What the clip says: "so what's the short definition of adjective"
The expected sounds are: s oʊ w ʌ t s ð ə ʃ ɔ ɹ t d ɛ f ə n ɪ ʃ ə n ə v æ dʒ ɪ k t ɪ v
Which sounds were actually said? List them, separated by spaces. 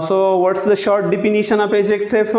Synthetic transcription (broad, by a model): s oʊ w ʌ t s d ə ʃ ɔ ɹ t d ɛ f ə n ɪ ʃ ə n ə p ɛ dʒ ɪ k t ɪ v